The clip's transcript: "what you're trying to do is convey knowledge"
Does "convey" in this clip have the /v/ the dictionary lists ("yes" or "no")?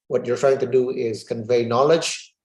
yes